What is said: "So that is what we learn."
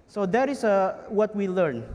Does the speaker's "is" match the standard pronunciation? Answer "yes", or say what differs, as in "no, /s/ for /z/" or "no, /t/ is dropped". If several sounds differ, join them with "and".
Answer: no, /s/ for /z/